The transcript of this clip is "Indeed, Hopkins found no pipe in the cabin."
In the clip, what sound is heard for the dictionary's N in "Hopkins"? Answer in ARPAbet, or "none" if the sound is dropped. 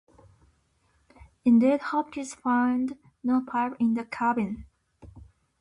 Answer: none